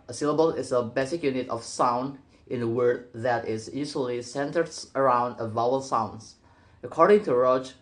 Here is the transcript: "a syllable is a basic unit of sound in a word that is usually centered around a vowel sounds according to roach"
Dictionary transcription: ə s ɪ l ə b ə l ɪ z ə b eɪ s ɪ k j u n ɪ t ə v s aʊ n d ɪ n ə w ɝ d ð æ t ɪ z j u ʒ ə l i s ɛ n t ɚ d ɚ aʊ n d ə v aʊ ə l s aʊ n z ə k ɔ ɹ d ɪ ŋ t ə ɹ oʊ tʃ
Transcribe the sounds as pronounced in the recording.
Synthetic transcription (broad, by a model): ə s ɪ l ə b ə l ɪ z ə b eɪ s ɪ k j u n ɪ t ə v s aʊ n d ɪ n ə w ɝ d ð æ t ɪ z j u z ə l i s ɛ n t ɚ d ɚ aʊ n d ə v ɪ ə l s aʊ n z ə k ɔ ɹ d ɪ ŋ t ə ɹ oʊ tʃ